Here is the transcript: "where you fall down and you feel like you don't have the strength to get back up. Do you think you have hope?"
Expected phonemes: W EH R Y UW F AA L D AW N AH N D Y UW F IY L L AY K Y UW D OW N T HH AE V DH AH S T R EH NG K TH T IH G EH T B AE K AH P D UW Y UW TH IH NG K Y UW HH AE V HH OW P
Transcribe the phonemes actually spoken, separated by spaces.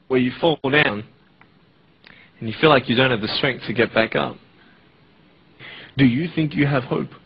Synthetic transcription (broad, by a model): W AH R Y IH F AA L D AW N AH N Y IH F IY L L AY K Y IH D OW N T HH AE V DH AH S T R EH NG K TH T IH G EH T B AE K AH P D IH Y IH TH IH NG K Y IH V HH OW P